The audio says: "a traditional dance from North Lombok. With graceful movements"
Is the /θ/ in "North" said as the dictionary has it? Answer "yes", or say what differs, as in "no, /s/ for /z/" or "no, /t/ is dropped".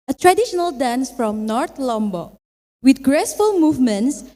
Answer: no, /t/ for /θ/